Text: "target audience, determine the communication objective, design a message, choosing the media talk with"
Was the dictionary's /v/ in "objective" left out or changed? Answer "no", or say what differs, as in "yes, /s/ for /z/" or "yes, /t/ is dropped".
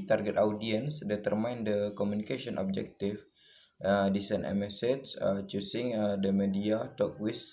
yes, /f/ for /v/